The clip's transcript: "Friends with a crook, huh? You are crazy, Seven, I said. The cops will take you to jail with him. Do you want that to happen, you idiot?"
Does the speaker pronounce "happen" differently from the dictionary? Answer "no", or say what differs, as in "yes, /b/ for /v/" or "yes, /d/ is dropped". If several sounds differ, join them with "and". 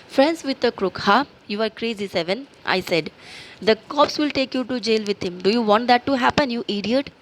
no